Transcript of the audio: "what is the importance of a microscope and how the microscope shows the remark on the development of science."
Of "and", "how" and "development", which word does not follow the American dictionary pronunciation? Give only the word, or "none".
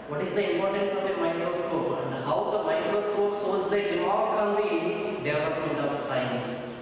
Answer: development